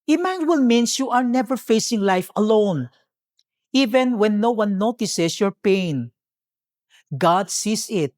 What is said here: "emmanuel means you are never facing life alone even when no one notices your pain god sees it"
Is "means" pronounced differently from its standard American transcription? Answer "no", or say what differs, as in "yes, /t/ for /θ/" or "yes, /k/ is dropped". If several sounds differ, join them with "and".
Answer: yes, /s/ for /z/